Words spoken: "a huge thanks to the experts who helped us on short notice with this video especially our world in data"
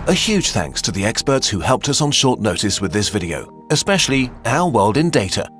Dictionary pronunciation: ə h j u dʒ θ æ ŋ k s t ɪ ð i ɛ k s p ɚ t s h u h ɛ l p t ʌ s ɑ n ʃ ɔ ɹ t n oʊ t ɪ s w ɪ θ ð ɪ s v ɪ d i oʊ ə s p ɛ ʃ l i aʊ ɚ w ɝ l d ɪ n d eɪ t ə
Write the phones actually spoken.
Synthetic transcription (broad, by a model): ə h j u dʒ θ æ ŋ k s t ɪ ð i ɛ k s p ɚ t s h u h ɛ l p t ʌ s n ʃ ɔ ɹ t n oʊ t ɪ s w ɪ ð ɪ s v ɪ d i oʊ ə s p ɛ ʃ l i aʊ ɚ w ɝ l d ɪ n d eɪ t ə